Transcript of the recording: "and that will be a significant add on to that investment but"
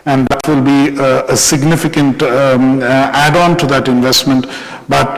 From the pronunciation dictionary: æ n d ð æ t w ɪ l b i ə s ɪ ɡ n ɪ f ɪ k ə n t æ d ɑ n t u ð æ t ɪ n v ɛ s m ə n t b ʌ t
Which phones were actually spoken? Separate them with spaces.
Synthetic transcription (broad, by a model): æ n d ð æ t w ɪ l b i ə s ɪ ɡ n ɪ f ɪ k ə n t æ d ɑ n t u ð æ t ɪ n v ɛ s m ə n t b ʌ t